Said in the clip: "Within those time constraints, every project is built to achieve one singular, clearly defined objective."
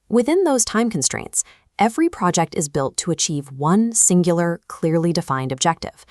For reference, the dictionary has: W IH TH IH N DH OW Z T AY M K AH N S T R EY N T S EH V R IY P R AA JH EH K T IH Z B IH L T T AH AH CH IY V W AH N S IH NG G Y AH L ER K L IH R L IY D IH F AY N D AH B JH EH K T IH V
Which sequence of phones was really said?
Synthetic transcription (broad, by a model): W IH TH IH N DH OW Z T AY M K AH N S T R EY N T S EH V R IY P R AA JH EH K T IH Z B IH L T T AH AH CH IY V W AH N S IH NG G Y L ER K L IH R L IY D IH F AY N D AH B JH EH K T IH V